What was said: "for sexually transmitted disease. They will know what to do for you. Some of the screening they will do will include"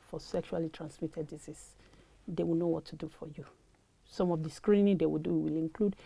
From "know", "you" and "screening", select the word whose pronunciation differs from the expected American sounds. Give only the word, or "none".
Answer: none